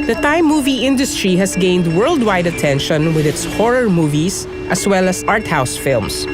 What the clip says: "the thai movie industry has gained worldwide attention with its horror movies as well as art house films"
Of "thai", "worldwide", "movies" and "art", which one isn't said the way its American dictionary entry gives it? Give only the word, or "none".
movies